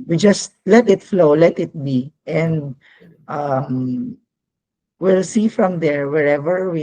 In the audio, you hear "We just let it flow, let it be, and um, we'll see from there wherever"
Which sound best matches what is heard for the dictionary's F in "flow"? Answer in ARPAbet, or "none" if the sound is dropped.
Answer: F